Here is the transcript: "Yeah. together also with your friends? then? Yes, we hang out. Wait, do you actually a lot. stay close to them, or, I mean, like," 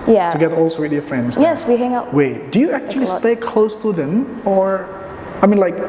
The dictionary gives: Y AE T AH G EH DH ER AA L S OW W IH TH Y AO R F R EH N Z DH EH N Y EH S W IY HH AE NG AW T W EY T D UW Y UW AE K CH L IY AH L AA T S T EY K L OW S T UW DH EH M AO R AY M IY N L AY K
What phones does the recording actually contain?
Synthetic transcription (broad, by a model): Y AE T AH G EH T AA L S OW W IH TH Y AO F R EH N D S Y EH S W IY HH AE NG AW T W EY D UW Y UW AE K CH IY AH L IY S T EY K L OW S T UW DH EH M AO R AY M IY N L AY K